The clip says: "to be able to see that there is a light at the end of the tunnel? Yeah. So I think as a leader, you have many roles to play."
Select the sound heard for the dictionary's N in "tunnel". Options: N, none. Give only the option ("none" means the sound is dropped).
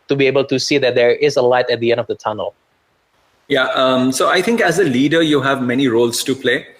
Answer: N